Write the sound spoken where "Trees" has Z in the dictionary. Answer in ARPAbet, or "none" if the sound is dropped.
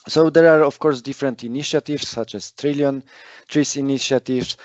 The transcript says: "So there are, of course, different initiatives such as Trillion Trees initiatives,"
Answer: S